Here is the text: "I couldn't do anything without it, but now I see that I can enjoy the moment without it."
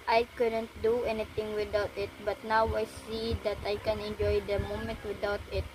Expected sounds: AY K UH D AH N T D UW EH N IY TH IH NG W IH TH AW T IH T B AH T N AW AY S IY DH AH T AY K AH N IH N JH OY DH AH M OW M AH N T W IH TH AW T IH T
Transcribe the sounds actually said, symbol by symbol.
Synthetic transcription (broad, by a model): AY K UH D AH N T D UW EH N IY T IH NG W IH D AW T IH T B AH T N AW AY S IY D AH T AY K AH N IH N JH OY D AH M OW M AH N T W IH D AW T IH T